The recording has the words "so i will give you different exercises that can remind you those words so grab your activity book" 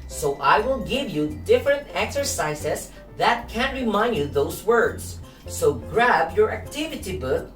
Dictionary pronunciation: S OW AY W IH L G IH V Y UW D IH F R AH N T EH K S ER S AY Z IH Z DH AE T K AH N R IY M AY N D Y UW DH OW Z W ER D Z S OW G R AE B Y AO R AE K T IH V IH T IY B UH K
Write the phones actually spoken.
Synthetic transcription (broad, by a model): S OW AY W IH L G IH V Y UW D IH F R AH N T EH K S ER S AY S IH S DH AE T K AH N R IY M AY N D Y UW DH OW S W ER D S OW G R AE B Y AO R AE K T IH V IH T IY B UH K